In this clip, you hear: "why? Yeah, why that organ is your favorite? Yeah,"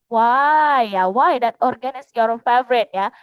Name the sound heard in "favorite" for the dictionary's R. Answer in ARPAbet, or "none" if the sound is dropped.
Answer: R